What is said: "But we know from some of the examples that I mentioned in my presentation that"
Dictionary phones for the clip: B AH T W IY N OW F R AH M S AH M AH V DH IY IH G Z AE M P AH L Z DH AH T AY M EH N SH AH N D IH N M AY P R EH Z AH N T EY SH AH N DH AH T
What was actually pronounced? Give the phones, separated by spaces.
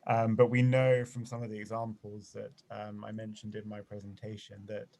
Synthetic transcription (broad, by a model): B AH T W IY N OW F R AH M S AH M AH V DH IY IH G Z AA M P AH L Z DH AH T AY M EH N SH AH N D IH N M AY P R EH Z AH N T EY SH AH N DH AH T